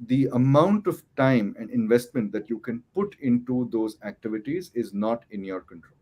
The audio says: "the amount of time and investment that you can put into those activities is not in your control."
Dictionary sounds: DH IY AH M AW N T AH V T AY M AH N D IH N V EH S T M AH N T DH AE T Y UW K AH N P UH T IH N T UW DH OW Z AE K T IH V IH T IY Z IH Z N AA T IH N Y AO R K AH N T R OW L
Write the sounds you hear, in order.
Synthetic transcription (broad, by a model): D IY AH M AW N T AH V T AY M AH N D IH N V EH S T M AH N T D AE T Y UW K AH N P UH T IH N T UW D OW Z AE K T IH V IH T IY Z IH Z N AA T IH N Y AO R K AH N T R OW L